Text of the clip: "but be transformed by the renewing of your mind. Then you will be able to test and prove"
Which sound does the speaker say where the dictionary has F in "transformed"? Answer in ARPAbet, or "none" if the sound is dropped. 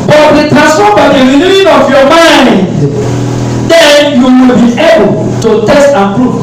none